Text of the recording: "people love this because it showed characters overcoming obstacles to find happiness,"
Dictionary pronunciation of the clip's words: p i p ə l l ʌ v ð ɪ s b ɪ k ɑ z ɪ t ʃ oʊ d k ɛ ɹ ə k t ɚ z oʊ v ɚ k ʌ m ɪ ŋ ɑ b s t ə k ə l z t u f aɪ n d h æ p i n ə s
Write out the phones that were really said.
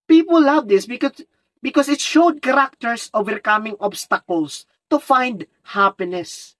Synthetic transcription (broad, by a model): p i p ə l l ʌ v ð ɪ s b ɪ k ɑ s ɪ t ʃ oʊ d k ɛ ɹ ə k t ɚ s oʊ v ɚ k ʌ m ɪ ŋ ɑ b s t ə k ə l s t u f aɪ n d h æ p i n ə s